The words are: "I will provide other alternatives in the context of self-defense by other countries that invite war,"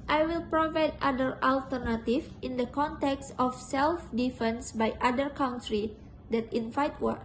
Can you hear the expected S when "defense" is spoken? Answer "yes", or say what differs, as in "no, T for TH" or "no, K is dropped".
yes